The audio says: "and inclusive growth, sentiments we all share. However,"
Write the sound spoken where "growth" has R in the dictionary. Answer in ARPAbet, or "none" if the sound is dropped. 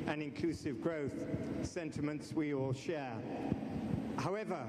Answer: R